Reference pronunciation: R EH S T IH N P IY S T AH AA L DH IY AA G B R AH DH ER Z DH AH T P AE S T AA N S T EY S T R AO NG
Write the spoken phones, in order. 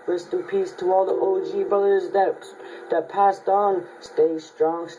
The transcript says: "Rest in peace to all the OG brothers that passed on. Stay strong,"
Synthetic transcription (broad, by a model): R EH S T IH P IY S T AH AA L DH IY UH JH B AH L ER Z DH AH T P AE S T N S T EY S T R AO NG